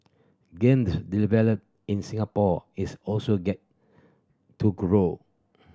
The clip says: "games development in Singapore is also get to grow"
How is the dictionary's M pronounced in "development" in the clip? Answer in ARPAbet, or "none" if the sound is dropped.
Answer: none